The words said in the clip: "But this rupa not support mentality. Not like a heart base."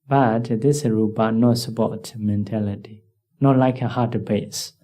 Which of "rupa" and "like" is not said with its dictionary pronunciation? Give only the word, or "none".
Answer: rupa